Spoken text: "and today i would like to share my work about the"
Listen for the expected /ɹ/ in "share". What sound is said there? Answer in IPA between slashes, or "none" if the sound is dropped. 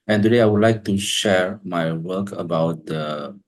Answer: /ɹ/